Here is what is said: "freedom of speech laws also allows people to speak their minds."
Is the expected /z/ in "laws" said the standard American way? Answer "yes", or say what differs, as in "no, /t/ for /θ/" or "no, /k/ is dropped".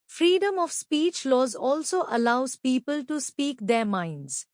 yes